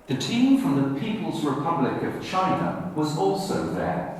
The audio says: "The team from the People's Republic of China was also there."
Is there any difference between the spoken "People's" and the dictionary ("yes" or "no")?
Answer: no